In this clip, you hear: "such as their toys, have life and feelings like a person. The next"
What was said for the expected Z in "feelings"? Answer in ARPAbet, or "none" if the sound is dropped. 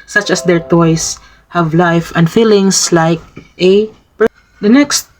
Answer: S